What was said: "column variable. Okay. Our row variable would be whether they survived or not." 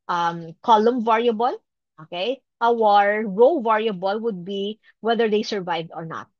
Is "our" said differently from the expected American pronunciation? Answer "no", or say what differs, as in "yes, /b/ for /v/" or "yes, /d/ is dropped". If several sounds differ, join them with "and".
no